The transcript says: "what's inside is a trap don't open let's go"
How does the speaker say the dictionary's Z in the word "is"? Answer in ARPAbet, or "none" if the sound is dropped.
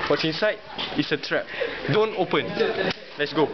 S